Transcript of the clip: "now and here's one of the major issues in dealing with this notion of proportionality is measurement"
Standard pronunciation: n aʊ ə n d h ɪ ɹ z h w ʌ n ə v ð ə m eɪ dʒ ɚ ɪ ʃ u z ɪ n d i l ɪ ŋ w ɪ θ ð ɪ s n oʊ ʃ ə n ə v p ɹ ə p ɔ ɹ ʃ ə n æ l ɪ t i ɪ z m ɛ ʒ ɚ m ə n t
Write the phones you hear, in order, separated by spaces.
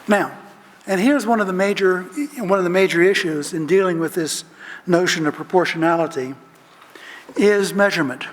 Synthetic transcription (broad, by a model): n aʊ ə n h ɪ ɹ z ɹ w ʌ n ə v ð ə m eɪ dʒ ɚ ɪ ʃ u z ɪ n d i l ɪ ŋ w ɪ ð ɪ s n oʊ ʃ ə n ə v p ɹ ə p ɔ ɹ ʃ ə n æ l ɪ t i ɪ z m ɛ ʒ ɚ m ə n t